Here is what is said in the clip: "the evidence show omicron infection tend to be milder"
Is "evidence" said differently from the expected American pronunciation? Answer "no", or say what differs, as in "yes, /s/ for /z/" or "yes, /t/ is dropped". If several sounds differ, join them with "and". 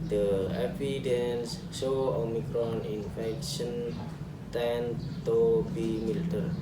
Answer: yes, /f/ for /v/